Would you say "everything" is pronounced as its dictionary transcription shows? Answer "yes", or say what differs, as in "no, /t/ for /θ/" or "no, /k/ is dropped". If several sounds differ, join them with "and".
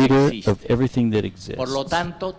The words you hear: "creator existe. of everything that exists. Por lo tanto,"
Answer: yes